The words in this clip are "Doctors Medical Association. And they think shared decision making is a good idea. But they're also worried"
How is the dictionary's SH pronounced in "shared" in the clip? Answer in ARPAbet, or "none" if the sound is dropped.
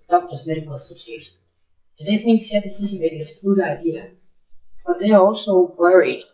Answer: S